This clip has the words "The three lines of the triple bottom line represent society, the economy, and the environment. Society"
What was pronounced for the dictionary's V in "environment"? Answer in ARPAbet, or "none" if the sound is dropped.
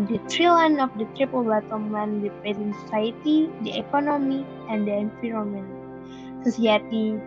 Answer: F